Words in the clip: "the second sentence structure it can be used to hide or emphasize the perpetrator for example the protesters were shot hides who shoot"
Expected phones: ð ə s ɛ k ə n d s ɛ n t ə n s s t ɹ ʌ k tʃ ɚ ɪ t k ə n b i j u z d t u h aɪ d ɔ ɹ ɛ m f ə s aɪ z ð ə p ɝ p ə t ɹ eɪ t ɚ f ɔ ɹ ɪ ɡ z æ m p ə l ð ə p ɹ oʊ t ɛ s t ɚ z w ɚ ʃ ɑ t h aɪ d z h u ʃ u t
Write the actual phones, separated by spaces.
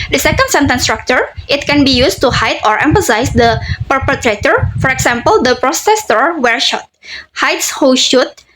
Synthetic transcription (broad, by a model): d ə s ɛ k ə n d s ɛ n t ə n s s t ɹ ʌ k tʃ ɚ ɪ t k ə n b i j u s t u h aɪ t ɔ ɹ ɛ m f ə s aɪ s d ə p ɝ p ə t ɹ eɪ t ɚ f ɔ ɹ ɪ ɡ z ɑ m p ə l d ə p ɹ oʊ s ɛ s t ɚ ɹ w ɚ ʃ ɑ t h aɪ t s h u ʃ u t